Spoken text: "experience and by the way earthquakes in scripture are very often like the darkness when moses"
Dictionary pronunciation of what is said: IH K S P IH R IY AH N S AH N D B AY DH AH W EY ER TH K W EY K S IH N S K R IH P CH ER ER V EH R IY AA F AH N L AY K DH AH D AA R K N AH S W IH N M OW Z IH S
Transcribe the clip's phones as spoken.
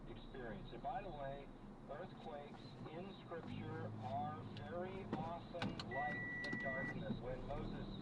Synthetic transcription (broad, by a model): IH K S P IH R IY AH N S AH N B AY DH AH W EY ER TH K W EY K S IH N S K R IH P CH ER ER V EH R IY AA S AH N L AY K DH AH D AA R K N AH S W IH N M OW Z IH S